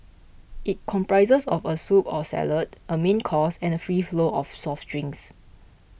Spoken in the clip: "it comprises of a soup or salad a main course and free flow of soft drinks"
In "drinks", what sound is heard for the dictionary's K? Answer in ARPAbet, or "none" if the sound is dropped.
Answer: none